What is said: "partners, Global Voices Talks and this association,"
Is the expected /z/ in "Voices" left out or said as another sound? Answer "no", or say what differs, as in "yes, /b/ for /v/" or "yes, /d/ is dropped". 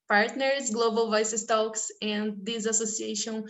yes, /s/ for /z/